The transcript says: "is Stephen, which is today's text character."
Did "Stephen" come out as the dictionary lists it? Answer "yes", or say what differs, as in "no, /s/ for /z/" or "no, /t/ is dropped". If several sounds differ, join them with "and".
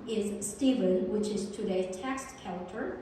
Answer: yes